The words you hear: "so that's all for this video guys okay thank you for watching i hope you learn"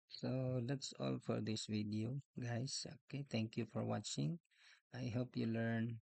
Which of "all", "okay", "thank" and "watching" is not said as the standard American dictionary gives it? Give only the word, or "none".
thank